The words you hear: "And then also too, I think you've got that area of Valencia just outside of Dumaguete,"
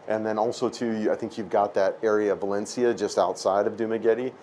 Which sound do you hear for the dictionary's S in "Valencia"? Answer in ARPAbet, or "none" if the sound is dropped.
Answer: S